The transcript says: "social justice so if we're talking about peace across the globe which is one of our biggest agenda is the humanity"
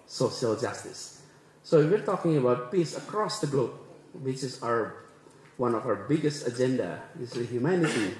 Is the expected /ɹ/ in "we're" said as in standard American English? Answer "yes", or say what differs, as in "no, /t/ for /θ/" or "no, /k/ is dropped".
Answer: yes